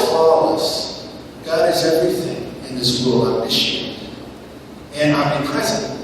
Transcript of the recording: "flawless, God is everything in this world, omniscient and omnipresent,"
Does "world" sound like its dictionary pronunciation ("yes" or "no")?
no